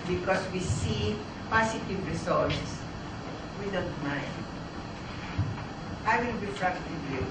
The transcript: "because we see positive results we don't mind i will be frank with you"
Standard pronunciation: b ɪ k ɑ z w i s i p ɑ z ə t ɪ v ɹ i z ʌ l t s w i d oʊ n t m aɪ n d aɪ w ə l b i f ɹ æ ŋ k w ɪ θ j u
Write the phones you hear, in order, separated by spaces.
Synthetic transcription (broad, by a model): b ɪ k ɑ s w i s i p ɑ s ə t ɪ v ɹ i s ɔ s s w i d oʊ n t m aɪ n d aɪ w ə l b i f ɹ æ k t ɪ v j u